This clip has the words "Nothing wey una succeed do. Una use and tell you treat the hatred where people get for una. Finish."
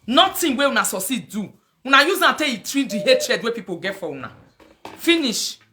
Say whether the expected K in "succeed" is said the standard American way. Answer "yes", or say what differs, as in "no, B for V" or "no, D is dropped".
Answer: no, K is dropped